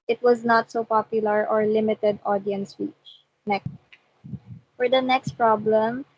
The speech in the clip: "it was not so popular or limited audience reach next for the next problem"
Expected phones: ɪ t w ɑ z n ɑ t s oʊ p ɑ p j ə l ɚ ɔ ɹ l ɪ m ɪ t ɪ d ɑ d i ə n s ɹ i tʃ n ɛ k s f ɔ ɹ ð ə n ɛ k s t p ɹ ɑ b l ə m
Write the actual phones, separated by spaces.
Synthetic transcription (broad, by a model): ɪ t w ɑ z n ɑ t s oʊ p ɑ p j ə l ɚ ɔ ɹ l ɪ m ɪ t ɪ d ɑ d i ə n s w i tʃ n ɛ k f ɔ ɹ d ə n ɛ k s t p ɹ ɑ b l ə m